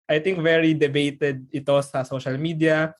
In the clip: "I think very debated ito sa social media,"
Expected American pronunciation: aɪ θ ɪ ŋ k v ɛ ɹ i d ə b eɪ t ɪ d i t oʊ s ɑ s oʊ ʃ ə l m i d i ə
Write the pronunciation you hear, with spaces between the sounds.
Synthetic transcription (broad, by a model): aɪ t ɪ ŋ k v ɛ ɹ i d ə b eɪ t ɪ d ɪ t oʊ s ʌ s oʊ ʃ ə l m i d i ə